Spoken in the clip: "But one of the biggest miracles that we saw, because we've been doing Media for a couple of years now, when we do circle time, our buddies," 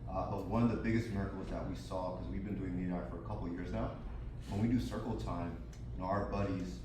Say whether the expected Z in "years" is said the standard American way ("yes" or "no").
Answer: yes